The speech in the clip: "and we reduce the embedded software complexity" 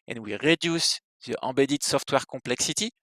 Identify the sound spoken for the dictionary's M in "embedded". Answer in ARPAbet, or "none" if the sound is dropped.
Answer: none